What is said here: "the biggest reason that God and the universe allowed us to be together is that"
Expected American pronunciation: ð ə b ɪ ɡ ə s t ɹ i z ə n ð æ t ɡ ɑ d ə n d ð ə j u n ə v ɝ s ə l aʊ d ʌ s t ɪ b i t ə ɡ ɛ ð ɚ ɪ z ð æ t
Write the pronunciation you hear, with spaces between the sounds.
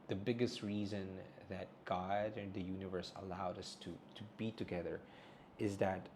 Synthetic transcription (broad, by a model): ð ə b ɪ ɡ ə s t ɹ i z ə n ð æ t ɡ ɑ d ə n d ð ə j u n ə v ɝ s ə l aʊ d ʌ s t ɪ b i t ə ɡ ɛ ð ɚ ɪ z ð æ t